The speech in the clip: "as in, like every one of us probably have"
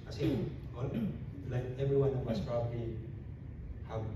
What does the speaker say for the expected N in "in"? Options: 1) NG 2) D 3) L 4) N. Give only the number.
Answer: 3